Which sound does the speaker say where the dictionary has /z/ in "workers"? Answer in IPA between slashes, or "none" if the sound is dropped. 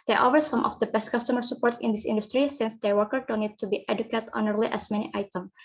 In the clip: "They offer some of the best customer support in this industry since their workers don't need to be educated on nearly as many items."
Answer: none